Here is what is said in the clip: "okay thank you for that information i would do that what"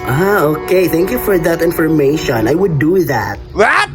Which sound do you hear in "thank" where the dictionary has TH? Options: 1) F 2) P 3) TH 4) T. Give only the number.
3